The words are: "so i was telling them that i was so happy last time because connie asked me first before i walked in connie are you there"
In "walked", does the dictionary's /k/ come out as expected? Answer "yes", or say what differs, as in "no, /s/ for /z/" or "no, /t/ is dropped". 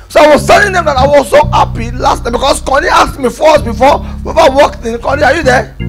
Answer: yes